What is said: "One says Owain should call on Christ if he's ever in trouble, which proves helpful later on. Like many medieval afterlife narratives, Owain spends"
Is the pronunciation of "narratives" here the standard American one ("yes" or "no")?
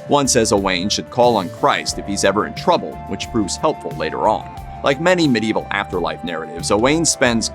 yes